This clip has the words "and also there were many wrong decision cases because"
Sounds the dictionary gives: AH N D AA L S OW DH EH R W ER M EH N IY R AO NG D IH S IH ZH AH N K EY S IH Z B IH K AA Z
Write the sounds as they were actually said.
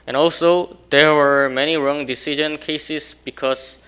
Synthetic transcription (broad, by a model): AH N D AA L S OW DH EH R W ER M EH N IY R AO NG D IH S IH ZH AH N K EY S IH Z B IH K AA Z